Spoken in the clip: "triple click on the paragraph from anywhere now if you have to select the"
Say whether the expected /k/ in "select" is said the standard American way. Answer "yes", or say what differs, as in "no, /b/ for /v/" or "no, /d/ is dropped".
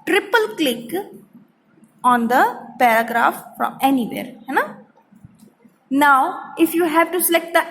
yes